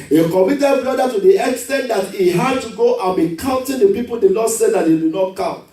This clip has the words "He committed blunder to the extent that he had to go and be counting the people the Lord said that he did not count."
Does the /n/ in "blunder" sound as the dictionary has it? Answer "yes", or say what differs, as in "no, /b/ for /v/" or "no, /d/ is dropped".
no, /n/ is dropped